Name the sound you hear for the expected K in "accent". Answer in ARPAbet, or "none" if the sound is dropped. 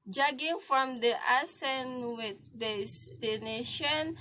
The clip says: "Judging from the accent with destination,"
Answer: none